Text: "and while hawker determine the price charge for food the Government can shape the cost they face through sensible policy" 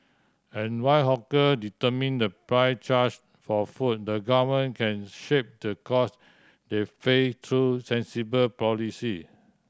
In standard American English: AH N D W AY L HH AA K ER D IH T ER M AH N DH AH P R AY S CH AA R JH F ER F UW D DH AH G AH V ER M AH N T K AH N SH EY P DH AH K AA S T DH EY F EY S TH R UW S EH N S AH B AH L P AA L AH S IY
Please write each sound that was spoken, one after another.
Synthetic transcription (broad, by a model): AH N W AY HH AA K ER D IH T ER M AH N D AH P R AY CH AA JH F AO F UW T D AH G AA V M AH N K AH N SH EY P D AH K AA S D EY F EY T R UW S EH N S AH B AH L P AA L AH S IY